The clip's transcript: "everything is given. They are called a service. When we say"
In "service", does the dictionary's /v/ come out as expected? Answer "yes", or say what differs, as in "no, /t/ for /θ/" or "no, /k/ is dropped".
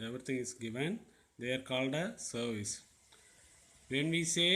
yes